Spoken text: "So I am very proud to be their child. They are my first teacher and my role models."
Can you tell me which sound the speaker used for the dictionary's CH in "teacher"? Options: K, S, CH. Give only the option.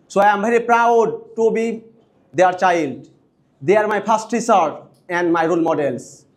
S